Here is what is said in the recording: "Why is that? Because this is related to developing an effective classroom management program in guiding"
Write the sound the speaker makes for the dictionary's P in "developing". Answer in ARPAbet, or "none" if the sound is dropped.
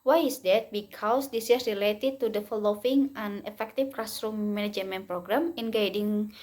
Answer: F